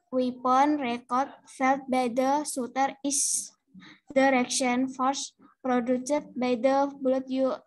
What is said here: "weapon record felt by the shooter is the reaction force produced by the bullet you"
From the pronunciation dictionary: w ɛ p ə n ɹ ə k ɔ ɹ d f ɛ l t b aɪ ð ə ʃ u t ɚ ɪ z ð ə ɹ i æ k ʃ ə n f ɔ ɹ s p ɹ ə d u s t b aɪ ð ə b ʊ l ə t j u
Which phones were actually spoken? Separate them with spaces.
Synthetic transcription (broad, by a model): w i p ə n ɹ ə k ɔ ɹ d f ɛ l t b aɪ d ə s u t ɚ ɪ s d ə ɹ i k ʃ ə n f ɔ ɹ s p ɹ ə d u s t b aɪ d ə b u l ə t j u